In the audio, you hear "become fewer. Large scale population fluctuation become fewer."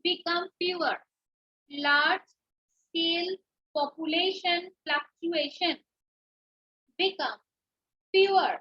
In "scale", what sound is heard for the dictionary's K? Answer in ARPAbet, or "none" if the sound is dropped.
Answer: none